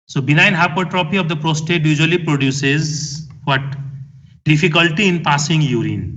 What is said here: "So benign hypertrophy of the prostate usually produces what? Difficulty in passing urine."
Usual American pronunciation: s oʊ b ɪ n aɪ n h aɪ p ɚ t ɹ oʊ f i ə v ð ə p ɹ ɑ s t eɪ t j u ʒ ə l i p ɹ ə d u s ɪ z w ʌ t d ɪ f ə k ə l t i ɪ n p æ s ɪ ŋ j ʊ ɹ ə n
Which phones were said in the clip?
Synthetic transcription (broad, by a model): s oʊ b ɪ n aɪ n h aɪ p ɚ t ɹ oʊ p i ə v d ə p ɹ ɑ s t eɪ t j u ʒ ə l i p ɹ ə d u s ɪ z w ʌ t d ɪ f ə k ə l t i ɪ n p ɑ s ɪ ŋ j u ɹ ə n